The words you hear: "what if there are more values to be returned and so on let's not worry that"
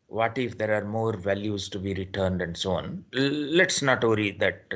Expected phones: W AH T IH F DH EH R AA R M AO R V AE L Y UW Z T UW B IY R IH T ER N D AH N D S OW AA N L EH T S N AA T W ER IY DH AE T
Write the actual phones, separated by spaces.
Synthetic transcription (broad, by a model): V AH T IH F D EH R AA R M AO R V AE L Y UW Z T UW B IY R IH T ER N D AH N D S OW AA N L EH T S N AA T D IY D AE T